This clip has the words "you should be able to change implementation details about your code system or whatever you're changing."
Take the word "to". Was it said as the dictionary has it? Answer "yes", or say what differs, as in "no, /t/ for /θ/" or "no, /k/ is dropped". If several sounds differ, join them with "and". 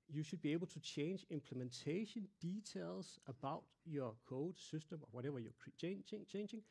no, /s/ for /t/